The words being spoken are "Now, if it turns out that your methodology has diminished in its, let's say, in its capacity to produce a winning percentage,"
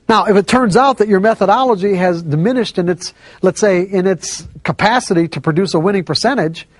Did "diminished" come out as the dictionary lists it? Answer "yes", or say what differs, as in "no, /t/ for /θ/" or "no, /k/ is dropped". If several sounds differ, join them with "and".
yes